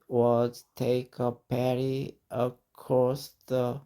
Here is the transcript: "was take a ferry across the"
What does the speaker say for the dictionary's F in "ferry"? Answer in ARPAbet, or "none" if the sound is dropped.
P